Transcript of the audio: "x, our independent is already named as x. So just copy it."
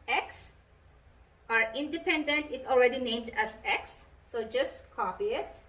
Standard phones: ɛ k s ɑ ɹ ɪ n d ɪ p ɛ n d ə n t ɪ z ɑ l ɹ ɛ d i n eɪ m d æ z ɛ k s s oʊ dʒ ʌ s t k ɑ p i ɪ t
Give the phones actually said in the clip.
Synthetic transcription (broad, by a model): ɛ k s ɑ ɹ ɪ n d ɪ p ɛ n d ə n t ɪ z ɑ l ɹ ɛ d i n eɪ m d æ z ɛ k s s oʊ dʒ ʌ s t k ɑ p i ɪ t